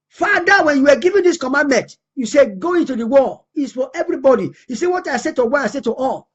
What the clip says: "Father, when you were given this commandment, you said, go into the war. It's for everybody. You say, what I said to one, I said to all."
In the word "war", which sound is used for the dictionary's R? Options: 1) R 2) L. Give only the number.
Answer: 2